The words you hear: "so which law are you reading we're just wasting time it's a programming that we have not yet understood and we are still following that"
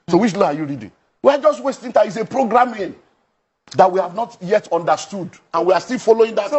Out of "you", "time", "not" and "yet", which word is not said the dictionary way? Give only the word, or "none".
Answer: time